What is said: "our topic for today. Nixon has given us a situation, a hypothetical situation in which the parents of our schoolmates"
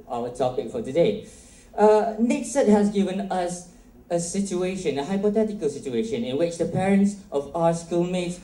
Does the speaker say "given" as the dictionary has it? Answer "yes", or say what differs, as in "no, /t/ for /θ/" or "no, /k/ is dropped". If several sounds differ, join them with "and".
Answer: yes